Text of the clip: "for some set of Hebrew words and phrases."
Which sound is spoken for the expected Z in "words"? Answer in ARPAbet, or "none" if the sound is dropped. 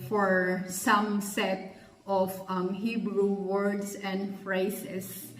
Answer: S